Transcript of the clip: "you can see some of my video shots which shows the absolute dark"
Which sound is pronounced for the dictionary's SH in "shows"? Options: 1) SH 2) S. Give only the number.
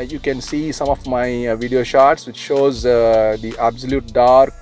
1